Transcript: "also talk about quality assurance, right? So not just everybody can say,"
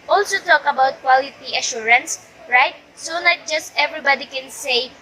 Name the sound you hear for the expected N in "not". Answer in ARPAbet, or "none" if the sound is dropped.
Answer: L